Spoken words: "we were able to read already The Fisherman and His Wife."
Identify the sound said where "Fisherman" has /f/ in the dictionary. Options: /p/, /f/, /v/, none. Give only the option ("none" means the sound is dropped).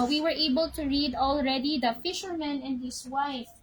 /f/